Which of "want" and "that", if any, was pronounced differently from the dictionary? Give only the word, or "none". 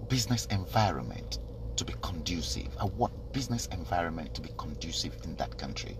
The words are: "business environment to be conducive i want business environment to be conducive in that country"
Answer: want